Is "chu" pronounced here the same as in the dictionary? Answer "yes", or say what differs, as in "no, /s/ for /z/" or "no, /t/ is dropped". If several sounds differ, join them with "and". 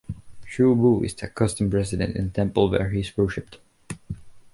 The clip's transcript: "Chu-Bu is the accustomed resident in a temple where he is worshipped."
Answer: no, /ʃ/ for /tʃ/